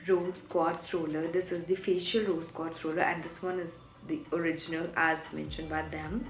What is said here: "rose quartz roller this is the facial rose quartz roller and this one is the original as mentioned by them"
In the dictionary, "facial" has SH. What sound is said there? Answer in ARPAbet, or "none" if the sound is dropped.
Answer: SH